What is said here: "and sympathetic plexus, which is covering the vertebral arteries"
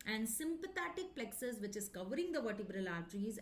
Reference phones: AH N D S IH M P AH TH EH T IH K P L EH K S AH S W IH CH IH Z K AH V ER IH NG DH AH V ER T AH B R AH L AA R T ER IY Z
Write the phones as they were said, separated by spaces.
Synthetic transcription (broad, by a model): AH N D S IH M P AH T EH T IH K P L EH K S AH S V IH CH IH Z K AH V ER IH NG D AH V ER T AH B R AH L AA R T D IY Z